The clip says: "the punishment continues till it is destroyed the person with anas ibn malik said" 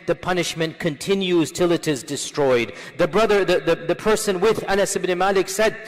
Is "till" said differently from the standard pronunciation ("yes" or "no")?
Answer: no